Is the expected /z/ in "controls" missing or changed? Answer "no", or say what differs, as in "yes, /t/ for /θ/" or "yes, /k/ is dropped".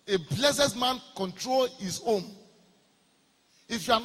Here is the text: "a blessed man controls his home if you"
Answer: yes, /z/ is dropped